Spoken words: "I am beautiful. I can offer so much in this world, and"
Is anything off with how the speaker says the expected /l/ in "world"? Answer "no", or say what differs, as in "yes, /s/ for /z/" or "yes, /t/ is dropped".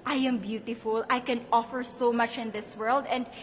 no